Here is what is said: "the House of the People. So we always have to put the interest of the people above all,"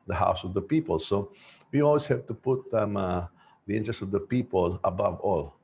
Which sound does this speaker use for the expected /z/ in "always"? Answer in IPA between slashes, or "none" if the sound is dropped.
/s/